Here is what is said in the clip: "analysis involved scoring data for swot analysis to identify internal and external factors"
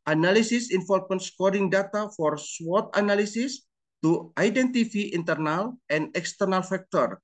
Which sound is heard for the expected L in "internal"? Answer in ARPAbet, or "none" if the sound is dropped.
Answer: L